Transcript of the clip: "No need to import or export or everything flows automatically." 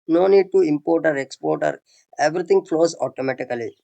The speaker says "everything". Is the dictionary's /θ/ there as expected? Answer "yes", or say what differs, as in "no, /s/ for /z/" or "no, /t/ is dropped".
no, /t/ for /θ/